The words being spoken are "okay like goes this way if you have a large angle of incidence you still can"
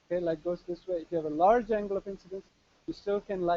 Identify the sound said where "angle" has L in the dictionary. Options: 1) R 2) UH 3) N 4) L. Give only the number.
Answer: 4